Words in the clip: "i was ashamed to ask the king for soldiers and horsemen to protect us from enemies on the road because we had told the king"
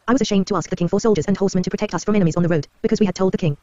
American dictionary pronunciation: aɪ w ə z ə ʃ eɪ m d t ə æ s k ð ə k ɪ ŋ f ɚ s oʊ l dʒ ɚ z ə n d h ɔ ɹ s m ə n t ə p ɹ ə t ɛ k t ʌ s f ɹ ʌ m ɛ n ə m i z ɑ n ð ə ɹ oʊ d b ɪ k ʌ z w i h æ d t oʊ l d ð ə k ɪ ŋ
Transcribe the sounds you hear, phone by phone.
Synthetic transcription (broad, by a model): aɪ w ə z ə ʃ eɪ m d t ə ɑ s k ð ə k ɪ ŋ f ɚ s oʊ l dʒ ɚ z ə n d h ɔ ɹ s m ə n t ə p ɹ ə t ɛ k t ʌ s f ɹ ʌ m ɛ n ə m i z n ð ə ɹ oʊ d b ɪ k ʌ z w i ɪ d t oʊ l d ð ə k ɪ ŋ